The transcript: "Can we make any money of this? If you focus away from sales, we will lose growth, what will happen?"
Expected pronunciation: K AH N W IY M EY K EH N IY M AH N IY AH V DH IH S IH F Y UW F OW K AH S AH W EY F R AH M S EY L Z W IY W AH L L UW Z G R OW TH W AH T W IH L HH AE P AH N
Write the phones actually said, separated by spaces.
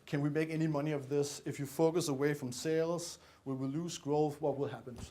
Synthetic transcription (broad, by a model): K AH N W IY M EY K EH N IY M AH N IY AH V DH IH S IH F Y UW F OW K AH S AH W EY F R AH M S EY L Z W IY W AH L L UW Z G R OW TH W AH T W IH L HH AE P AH N